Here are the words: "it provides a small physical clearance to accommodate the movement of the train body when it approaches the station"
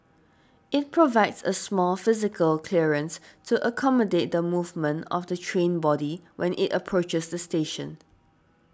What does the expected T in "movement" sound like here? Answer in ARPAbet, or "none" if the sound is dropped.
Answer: T